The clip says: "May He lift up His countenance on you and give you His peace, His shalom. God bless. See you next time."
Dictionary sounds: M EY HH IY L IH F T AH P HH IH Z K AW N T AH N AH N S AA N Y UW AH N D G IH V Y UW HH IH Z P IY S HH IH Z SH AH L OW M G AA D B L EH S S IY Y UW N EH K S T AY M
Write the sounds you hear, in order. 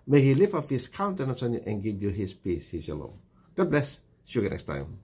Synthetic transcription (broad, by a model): M EY HH IY L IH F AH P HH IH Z K AW N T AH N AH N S AA N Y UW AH N G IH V Y UW HH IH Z P IY S HH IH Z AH L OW G AA D B L EH S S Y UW N EH K S T AY M